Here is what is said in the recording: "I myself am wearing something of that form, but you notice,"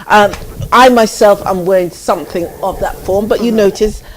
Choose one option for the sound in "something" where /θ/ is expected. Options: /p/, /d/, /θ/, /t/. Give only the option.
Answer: /θ/